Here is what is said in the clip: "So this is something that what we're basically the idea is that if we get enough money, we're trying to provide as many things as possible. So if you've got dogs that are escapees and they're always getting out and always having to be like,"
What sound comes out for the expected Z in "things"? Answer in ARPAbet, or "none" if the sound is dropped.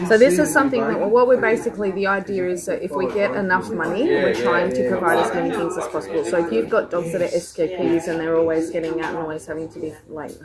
Z